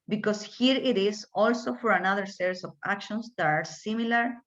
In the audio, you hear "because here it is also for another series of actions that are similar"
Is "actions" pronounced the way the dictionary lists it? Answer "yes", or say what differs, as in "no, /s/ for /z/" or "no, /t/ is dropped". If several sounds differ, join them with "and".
no, /s/ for /z/